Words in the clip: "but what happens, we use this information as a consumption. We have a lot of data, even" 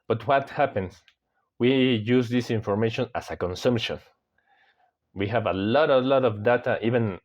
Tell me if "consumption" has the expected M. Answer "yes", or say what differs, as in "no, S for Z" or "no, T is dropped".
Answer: yes